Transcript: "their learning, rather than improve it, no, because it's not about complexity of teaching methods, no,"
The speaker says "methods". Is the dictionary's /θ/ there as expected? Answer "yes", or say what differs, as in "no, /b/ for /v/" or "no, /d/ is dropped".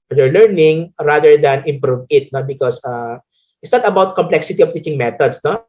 no, /t/ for /θ/